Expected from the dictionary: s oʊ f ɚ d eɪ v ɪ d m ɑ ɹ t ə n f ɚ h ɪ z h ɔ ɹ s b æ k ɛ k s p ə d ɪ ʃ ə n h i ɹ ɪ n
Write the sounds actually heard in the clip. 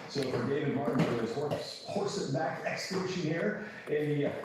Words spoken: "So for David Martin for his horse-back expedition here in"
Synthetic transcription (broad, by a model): s oʊ f ɚ d eɪ v ɪ d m ɑ ɹ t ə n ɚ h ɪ s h ɔ ɹ s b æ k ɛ k s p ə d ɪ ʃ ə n h i ɹ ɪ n